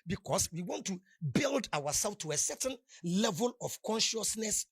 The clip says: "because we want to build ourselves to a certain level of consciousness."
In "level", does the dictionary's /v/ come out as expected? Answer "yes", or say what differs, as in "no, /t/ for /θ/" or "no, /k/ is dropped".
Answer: yes